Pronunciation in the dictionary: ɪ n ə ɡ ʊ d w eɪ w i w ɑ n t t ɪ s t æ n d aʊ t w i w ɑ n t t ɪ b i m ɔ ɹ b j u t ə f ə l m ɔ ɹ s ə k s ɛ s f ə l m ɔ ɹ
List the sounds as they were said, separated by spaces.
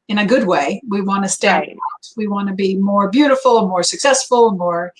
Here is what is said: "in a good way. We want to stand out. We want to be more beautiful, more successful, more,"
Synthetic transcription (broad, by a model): ɪ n ə ɡ ʊ d w eɪ w i w ɑ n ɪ s t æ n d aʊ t w i w ɑ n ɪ b i m ɔ ɹ b j u t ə f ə n m ɔ ɹ s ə k s ɛ s f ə n m ɔ ɹ